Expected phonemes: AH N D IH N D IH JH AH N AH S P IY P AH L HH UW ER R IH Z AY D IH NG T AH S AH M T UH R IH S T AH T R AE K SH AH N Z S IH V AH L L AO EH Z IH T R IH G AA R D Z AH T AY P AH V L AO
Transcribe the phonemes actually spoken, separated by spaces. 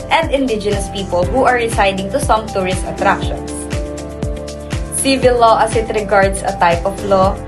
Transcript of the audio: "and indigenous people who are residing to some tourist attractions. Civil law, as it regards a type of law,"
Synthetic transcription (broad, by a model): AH N D IH N D IH JH AH N AH S P IY P AH L HH UW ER R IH S AY D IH NG T AH S AH M T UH R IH S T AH T R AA K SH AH N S S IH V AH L L AO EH S IH T R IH G AA R D S AH T AY P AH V L AO